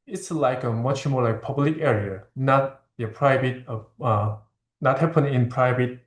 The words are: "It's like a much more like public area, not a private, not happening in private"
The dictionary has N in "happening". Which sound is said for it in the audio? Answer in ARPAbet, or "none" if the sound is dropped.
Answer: none